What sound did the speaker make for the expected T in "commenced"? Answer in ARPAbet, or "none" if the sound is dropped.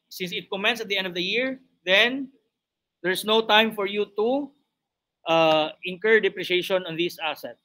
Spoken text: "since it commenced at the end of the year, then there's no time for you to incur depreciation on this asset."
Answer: none